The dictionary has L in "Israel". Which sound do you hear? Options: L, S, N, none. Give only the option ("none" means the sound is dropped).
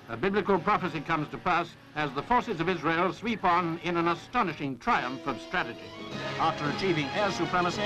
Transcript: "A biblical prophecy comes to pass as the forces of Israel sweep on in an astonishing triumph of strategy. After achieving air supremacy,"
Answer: L